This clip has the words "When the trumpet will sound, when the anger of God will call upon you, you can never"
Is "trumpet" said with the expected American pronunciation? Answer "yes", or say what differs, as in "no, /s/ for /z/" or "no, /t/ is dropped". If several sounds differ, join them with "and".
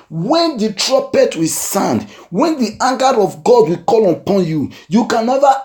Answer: no, /m/ is dropped